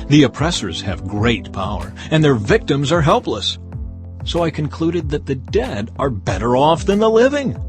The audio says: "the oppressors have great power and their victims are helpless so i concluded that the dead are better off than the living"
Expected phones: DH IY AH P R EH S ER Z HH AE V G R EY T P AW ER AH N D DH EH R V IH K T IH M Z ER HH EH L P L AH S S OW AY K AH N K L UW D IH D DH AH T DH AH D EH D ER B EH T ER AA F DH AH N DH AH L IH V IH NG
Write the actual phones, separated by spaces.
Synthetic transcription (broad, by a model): DH IY AH P R EH S ER Z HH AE V G R EY T P AW ER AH N DH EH R V IH K T IH M Z ER HH EH L P L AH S S OW AY K AH N K L UW D IH D DH AH T DH AH D EH D ER B EH T ER AA F DH AH N DH AH L IH V IH NG